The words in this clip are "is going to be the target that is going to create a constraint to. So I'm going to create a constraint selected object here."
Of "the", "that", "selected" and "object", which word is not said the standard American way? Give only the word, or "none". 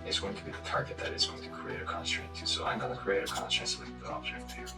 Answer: selected